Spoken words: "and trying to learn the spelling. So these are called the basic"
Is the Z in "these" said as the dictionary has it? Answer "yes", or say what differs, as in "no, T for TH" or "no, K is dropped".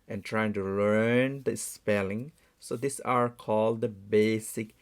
no, S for Z